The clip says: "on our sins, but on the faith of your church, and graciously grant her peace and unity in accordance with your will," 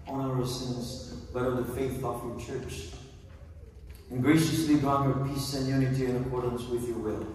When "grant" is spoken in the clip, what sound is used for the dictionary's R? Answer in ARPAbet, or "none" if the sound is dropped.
none